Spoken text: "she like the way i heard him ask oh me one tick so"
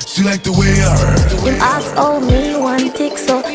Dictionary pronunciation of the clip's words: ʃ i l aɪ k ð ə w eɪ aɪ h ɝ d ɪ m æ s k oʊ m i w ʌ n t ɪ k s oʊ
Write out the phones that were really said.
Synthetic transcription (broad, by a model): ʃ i l aɪ k ð ə w eɪ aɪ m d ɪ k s oʊ m i w ʌ n t ɪ k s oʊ